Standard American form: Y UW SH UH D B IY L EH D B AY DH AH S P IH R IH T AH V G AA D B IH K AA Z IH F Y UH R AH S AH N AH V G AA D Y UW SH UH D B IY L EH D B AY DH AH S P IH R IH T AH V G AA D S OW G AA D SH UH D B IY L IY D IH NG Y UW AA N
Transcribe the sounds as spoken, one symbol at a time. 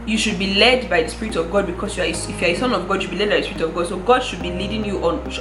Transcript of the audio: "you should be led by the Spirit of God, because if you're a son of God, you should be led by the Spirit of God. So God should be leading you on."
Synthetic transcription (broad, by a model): Y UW SH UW D B IY L EH D B AY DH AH S P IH R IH T AH V G AA D B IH K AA S IH F Y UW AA AH S AH N AH V G AA D Y UW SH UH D B IY L EH D B AY DH AH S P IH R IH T AH V G AA D S OW G AA D SH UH D B IY L IY D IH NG Y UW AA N